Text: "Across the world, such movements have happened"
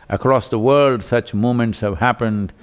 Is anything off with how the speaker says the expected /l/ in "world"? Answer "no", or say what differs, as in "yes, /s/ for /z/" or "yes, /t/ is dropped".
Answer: no